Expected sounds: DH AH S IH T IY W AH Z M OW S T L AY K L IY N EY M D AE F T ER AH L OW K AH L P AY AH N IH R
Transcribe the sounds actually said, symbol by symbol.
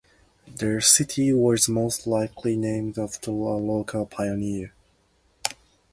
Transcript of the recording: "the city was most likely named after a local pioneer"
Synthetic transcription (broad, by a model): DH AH S IH T IY W AH Z M OW S T L AY K L IY N EY M D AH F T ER AH L OW K AH L P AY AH N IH R